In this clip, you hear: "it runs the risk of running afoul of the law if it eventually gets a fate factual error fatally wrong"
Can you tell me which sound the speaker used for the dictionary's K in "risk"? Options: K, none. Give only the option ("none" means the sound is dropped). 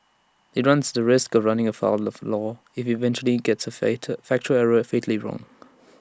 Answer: K